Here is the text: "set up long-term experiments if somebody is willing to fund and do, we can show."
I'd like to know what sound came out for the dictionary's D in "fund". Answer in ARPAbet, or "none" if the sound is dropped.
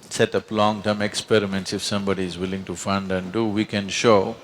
D